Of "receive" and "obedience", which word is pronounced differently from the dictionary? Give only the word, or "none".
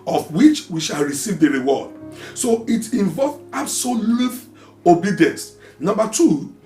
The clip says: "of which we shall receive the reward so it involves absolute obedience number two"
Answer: none